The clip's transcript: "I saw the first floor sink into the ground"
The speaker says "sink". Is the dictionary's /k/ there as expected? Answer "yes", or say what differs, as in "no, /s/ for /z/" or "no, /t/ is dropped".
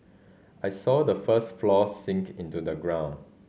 yes